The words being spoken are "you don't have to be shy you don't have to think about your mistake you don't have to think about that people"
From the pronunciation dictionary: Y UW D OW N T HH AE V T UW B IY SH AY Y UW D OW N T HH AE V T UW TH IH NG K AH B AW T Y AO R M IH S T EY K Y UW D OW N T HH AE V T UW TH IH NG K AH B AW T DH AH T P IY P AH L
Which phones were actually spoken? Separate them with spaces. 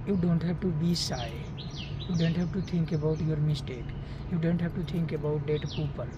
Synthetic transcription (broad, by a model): Y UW D OW N T HH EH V T UW B IY S AY Y UW D OW N T HH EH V T UW T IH NG K AH B AW T Y AO R M IH S T EY K Y UW D OW N T HH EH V T UW T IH NG K AH B AW T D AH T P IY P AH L